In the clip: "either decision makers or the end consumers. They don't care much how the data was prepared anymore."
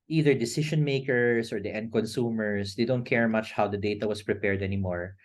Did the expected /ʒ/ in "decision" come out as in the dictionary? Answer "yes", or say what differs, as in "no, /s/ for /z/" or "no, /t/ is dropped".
no, /ʃ/ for /ʒ/